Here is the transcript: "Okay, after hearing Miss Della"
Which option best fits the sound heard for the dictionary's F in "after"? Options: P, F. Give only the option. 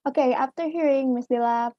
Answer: F